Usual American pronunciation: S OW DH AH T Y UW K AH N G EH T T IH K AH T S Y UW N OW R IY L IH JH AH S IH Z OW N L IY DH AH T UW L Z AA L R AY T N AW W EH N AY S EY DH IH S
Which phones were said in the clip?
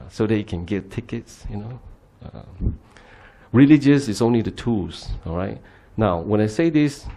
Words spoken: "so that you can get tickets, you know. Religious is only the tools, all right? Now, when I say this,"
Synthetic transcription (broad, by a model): S OW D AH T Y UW K AH N G EH T T IH K AH T S Y UW N OW R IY L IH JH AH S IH S OW N L IY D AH T UW L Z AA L R AY T N AW W EH N AY S EY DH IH S